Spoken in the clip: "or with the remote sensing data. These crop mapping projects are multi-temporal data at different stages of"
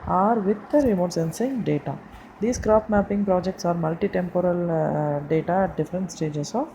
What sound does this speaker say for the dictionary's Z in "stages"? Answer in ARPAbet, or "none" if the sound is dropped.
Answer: S